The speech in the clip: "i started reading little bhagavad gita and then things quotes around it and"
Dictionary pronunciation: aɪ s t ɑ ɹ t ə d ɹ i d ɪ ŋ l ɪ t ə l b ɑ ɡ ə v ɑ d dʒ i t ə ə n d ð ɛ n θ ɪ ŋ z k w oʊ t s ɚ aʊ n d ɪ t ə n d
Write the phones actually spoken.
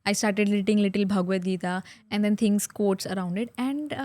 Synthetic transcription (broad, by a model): aɪ s t ɑ ɹ t ə d l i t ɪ ŋ l ɪ t ə l b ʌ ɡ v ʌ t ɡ i t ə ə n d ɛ n t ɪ ŋ s k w oʊ t s ɚ aʊ n d ɪ t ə n d